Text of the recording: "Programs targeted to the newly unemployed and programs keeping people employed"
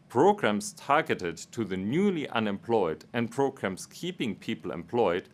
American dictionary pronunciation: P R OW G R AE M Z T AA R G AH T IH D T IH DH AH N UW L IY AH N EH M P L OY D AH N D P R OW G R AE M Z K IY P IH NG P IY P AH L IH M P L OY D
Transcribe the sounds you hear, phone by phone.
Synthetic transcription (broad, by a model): P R OW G R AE M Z T AA R G AH T IH D T IH DH AH N UW L IY AH N EH M P L OY D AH N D P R OW G R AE M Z K IY P IH NG P IY P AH L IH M P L OY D